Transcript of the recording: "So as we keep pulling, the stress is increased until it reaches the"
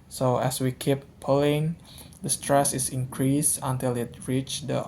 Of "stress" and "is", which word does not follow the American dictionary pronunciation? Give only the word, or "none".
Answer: is